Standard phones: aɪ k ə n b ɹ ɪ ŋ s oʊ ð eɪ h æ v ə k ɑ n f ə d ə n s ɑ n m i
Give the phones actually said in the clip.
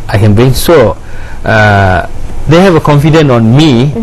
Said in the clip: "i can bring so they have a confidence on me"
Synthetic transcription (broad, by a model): aɪ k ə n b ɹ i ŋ s oʊ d eɪ h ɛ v ə k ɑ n f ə d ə n ɑ n m i